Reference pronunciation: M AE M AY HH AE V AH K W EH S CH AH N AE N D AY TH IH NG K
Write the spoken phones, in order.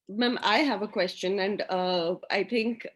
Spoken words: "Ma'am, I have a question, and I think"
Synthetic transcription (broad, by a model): M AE M AY HH AE V AH K W EH S CH AH N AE N D AY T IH NG K